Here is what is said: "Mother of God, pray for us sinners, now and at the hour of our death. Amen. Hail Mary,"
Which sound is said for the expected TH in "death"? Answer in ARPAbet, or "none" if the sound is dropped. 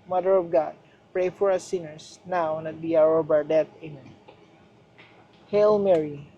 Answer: T